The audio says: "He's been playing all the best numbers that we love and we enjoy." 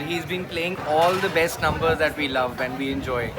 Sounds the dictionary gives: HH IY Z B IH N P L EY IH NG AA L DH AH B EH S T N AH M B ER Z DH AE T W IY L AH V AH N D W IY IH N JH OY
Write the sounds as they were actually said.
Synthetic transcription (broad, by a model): HH IY Z B IH N P L EY IH NG AA L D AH B EH S T N AH M B ER Z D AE T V IY L AH V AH N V IY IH N JH OY